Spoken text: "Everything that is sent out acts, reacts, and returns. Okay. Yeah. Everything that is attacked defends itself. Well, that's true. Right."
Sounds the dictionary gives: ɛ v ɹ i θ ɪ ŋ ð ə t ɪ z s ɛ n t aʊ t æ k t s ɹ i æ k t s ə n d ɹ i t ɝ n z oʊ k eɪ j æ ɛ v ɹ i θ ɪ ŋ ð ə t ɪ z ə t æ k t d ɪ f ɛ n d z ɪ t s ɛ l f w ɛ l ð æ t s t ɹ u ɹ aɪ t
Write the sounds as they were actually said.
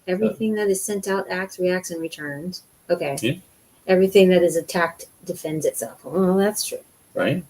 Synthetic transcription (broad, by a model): ɛ v ɹ i θ ɪ ŋ ð ə t ɪ z s ɛ n t aʊ t æ k t s ɹ i æ k t s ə n ɹ i t ɝ n z oʊ k eɪ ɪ ɛ v ɹ i θ ɪ ŋ ð ə t ɪ z ə t æ k t d ɪ f ɛ n d z ɪ t s ɛ l f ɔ ð æ t s t ɹ u ɹ aɪ t